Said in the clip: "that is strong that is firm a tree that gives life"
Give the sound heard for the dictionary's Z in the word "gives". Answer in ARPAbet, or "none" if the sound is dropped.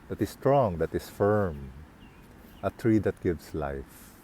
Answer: S